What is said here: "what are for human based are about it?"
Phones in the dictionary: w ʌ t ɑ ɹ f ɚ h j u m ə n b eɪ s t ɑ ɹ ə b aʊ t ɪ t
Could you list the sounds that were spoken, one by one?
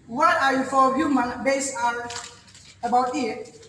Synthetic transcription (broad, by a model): w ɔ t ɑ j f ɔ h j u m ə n b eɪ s ɑ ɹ ə b aʊ t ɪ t